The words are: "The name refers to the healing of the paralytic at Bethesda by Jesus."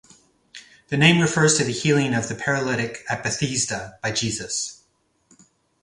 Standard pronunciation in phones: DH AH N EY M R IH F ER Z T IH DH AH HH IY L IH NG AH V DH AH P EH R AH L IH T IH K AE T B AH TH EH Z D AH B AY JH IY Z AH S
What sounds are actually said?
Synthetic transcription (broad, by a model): DH AH N EY M R IH F ER Z T IH DH AH HH IY L IH NG AH V DH AH P EH R AH L IH T IH K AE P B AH TH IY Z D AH B AY JH IY Z AH S